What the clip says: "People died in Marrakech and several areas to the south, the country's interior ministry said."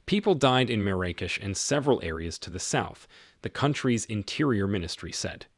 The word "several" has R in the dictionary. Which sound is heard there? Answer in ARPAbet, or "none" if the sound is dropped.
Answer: R